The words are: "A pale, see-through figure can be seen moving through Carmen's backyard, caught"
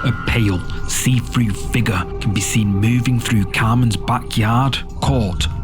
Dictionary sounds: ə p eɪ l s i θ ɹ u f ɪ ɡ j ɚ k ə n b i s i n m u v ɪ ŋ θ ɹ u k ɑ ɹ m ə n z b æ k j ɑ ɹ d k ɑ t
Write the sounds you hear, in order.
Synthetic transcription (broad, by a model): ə p eɪ l s i f ɹ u f ɪ ɡ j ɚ k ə n b i s i n m u v ɪ ŋ θ ɹ u k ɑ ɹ m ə n z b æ k j ɑ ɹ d k ɑ t